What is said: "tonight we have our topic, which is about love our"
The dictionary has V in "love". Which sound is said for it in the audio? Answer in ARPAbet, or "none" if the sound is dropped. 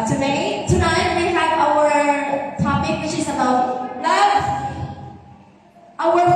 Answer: none